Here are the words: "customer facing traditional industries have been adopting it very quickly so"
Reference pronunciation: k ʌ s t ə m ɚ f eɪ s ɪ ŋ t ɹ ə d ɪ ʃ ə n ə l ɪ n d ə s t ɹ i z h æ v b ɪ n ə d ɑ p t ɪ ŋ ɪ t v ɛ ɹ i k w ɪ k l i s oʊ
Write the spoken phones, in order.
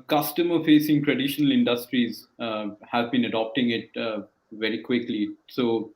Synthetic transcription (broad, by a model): k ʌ s t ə m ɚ f eɪ s ɪ ŋ t ɹ ə d ɪ ʃ ə n ə l ɪ n d ə s t ɹ i z h æ v b ɪ n ə d ɑ p t ɪ ŋ ɪ t v ɛ ɹ i k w ɪ k l i s oʊ